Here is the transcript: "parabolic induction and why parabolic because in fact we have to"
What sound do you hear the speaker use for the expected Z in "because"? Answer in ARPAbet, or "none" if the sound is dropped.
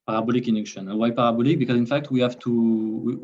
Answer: Z